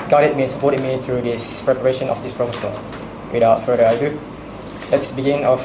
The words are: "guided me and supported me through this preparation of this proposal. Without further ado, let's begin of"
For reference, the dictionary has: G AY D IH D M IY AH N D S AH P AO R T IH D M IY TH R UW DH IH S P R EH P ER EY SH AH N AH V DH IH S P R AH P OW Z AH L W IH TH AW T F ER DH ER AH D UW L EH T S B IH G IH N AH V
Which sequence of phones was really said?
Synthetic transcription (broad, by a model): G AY D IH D M IY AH N S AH P AO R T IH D M IY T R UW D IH S P R EH P ER EY SH AH N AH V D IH S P R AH F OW S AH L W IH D AW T F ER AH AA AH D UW L EH T S B IH G IH N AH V